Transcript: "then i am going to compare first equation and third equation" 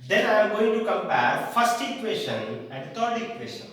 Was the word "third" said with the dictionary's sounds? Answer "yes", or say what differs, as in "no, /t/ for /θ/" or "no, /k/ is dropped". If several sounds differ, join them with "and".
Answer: no, /t/ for /θ/